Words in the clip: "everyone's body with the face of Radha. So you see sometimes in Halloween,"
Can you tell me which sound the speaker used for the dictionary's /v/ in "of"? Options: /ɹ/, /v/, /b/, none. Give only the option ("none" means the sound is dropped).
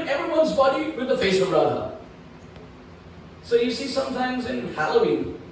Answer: /b/